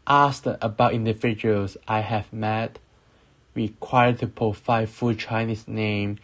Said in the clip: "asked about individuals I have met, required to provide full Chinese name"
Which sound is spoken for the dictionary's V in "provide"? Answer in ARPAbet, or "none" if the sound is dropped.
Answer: F